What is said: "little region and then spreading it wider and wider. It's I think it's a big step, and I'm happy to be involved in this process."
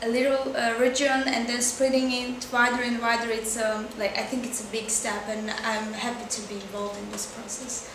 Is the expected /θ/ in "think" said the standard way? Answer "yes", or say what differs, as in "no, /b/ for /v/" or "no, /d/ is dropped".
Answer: yes